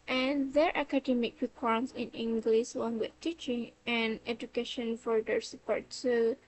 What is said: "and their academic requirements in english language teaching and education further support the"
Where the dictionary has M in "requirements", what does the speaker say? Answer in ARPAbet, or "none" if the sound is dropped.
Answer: none